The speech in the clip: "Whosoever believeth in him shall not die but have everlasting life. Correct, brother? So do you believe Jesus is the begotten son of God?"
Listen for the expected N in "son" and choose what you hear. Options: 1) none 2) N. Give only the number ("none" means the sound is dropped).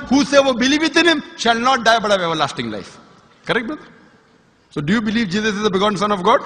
2